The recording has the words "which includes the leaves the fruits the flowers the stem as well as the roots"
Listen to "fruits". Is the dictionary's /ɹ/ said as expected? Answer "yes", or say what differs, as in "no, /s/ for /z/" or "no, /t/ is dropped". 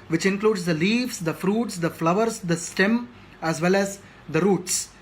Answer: yes